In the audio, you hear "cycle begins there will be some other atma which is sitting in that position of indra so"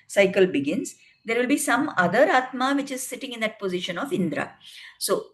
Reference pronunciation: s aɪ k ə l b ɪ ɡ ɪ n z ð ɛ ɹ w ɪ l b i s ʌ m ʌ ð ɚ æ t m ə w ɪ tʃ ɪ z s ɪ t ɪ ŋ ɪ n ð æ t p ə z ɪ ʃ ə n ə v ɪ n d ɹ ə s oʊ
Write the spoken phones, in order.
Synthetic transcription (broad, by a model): s aɪ k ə l b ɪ ɡ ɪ n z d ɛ ɹ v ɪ l b i s ʌ m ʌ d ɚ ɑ t m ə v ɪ tʃ ɪ z s ɪ t ɪ ŋ ɪ n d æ t p ə z ɪ ʃ ə n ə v ɪ n d ɹ ə s oʊ